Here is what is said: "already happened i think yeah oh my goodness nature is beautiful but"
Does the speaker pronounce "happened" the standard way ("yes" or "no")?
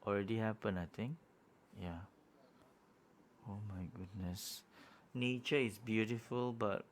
no